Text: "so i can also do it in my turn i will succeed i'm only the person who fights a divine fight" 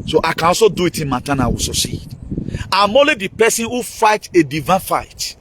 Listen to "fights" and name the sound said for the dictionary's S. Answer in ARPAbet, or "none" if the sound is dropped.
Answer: none